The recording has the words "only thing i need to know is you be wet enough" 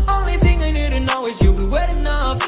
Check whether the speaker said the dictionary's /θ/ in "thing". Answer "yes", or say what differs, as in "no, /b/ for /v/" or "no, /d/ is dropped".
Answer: yes